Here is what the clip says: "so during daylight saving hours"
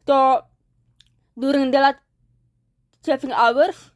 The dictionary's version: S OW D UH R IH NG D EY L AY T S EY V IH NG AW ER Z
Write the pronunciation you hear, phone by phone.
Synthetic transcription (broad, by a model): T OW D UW R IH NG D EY L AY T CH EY F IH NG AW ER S